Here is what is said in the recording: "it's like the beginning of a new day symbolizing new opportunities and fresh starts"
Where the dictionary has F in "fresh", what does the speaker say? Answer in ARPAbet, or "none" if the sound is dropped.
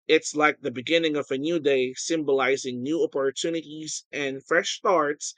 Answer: F